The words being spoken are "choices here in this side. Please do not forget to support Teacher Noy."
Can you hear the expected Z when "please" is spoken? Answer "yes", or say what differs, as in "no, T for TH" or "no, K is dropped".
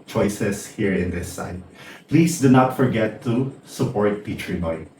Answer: no, S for Z